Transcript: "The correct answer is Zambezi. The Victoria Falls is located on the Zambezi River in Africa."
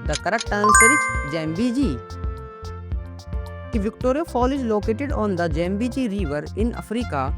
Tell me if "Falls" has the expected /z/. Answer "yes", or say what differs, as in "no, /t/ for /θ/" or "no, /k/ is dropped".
no, /z/ is dropped